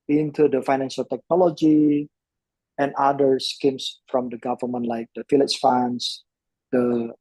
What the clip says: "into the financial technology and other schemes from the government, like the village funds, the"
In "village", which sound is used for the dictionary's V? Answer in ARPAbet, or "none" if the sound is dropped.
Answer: F